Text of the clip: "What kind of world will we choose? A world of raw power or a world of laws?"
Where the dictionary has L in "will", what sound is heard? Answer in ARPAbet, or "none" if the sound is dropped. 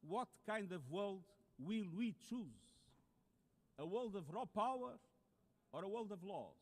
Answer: L